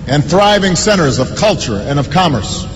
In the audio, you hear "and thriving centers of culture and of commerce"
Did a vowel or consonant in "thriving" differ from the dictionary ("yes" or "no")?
no